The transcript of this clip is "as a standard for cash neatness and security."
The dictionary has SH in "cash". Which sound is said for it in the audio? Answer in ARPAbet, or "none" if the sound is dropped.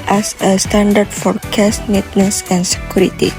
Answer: S